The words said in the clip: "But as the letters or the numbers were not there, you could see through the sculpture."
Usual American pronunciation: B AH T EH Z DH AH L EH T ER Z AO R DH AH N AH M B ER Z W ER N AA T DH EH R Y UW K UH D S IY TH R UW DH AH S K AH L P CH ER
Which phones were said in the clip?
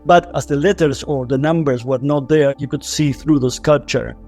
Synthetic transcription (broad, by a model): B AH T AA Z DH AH L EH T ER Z AO R DH AH N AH M B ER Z W ER N AA T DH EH R Y UW K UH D S IY TH R UW DH AH S K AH L P CH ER